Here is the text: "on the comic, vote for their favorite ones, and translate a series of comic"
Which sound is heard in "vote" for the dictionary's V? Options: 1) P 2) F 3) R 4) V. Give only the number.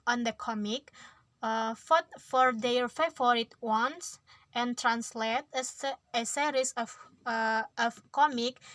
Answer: 2